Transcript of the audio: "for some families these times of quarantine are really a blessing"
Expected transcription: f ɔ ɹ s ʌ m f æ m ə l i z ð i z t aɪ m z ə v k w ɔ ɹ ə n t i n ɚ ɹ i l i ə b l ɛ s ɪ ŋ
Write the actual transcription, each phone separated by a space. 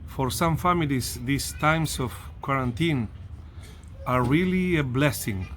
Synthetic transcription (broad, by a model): f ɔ ɹ s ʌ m f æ m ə l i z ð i s t aɪ m s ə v k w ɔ ɹ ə n t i n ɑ ɹ i l i ə b l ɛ s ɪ ŋ